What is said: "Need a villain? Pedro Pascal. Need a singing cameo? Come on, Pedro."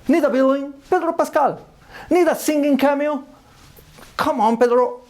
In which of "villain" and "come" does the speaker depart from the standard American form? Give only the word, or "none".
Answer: villain